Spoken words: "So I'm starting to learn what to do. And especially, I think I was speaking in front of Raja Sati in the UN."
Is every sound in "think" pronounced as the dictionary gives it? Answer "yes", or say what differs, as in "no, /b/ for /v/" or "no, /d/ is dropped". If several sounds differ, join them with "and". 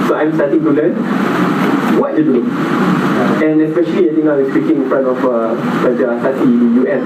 no, /t/ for /θ/ and /k/ is dropped